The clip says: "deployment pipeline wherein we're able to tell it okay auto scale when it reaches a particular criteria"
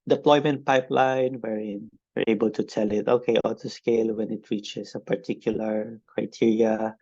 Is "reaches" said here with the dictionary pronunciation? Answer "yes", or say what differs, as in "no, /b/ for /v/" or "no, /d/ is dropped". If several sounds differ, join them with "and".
no, /s/ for /z/